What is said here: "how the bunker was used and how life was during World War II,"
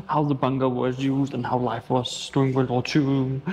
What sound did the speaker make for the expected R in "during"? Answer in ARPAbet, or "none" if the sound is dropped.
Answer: none